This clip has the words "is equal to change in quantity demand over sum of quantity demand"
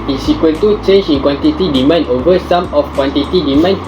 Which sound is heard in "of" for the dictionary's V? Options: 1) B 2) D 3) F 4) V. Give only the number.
3